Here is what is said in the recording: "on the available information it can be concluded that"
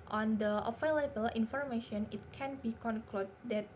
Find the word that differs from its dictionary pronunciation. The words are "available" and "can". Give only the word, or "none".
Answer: available